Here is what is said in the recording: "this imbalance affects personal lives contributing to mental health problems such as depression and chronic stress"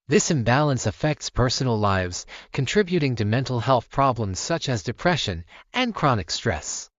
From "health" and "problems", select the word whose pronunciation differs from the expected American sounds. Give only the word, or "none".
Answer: none